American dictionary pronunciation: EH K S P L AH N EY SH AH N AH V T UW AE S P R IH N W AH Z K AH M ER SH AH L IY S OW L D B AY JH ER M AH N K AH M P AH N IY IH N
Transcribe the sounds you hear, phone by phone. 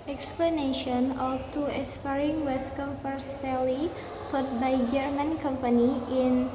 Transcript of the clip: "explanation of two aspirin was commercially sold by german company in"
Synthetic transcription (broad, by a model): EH K S P L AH N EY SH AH N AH F T UW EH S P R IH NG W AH S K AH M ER S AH L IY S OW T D B AY JH ER M AH N K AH M P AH N IY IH N